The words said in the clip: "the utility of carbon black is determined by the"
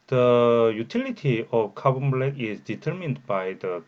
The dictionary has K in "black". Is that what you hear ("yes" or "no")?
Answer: no